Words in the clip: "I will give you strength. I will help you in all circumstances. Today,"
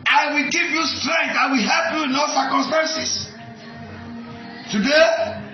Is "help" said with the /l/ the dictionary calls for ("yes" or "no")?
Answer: yes